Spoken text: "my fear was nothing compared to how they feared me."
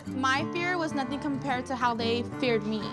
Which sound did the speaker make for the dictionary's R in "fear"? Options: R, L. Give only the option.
R